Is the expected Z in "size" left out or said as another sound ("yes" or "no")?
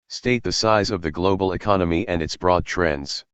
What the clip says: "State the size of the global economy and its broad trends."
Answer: no